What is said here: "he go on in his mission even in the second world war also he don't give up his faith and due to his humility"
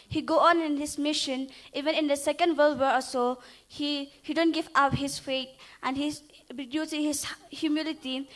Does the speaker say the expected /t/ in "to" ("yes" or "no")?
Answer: no